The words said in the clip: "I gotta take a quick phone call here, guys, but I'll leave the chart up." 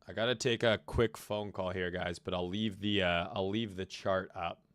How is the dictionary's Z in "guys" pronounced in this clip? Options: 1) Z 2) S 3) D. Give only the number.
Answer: 1